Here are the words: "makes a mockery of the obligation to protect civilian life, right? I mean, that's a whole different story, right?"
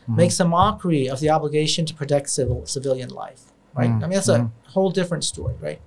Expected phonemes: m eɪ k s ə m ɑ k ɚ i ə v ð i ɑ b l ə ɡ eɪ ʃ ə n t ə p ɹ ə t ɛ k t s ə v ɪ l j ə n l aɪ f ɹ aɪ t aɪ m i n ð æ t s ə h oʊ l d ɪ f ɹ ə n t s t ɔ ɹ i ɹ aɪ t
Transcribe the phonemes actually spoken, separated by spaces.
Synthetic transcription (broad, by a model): m eɪ k s ə m ɑ k ɚ i ə v ð i ɑ b l ə ɡ eɪ ʃ ə n t ə p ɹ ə t ɛ k t s ə v ɪ l j ə n l aɪ f ɹ aɪ t aɪ m i n ð æ t s ə h oʊ l d ɪ f ɹ ə n t s t ɔ ɹ i ɹ aɪ t